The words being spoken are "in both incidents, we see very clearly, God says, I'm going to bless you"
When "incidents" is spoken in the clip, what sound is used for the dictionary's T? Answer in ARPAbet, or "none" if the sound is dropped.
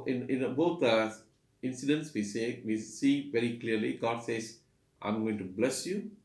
S